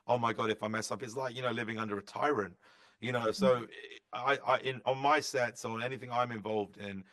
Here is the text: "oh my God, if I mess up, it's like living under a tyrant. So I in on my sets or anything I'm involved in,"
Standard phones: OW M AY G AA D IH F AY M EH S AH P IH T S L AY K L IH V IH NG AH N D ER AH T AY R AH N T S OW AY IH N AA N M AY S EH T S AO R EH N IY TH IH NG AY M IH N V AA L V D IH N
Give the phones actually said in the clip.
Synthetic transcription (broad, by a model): OW M AY G AA D IH F AY M EH S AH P IH T S L AY K L IH V IH NG AH N D ER AH T AY R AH N T S OW AY IH N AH N M AY S EH T S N EH N IY TH IH NG AY M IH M V AA L V D IH N